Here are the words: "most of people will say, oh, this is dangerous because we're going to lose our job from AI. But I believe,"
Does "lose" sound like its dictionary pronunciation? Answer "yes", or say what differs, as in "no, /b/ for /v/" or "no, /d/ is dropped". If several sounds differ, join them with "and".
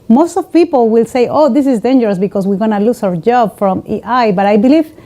no, /s/ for /z/